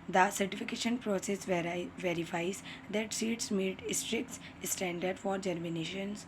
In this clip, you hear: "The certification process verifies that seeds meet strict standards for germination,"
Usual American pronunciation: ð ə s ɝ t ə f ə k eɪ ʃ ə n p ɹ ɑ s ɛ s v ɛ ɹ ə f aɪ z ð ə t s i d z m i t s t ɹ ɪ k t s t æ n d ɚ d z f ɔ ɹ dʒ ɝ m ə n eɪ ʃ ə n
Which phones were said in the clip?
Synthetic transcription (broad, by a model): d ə s ɝ t ə f ə k eɪ ʃ ə n p ɹ ɑ s ɛ s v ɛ ɹ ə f aɪ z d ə t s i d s m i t s t ɹ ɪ k t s t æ n d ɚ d f ɔ ɹ dʒ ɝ m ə n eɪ ʃ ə n